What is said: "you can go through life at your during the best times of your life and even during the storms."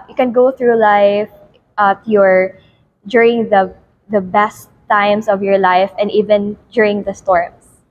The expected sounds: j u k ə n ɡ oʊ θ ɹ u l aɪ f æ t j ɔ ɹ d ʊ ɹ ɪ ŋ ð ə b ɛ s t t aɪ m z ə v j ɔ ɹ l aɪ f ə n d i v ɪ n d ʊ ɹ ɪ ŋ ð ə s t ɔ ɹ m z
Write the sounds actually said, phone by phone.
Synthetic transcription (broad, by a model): j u k ə n ɡ oʊ θ ɹ u l aɪ f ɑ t j ɔ ɹ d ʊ ɹ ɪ ŋ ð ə b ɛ s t t aɪ m s ə v j ɔ ɹ l aɪ f ə n d i v ɪ n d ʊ ɹ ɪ ŋ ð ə s t ɔ ɹ m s